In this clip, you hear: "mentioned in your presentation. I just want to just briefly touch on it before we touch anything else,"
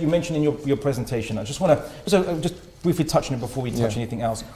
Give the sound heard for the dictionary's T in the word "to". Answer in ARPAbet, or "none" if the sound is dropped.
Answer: S